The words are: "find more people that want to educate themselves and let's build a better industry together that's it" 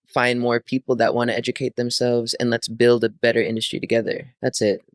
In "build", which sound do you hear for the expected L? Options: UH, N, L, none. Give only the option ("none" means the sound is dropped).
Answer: L